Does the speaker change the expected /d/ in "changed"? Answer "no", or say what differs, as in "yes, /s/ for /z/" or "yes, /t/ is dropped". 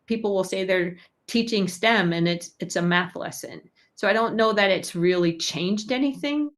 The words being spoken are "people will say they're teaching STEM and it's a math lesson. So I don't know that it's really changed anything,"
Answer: no